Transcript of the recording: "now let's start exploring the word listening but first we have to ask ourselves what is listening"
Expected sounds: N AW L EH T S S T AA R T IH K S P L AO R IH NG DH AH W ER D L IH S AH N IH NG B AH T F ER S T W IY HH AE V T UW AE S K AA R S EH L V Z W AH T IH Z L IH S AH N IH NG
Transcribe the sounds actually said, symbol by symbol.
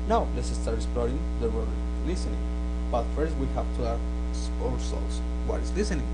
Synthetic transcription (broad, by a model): N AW L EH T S S T AA R T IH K S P L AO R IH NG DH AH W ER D L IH S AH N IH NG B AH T F ER S T W IY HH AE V T UW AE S AA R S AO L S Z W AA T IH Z L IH S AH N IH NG